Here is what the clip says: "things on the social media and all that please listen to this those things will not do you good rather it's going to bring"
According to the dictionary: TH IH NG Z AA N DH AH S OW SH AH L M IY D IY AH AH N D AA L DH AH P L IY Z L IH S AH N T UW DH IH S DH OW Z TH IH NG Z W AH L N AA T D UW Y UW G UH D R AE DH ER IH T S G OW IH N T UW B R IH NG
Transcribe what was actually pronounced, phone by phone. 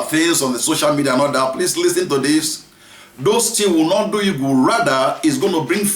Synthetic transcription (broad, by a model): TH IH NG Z AA N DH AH S OW SH AH L M IY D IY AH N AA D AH P L IY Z L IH S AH N T UW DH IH S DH OW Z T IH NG W AH L N AA T D UW Y UW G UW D R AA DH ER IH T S G OW IH N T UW B R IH NG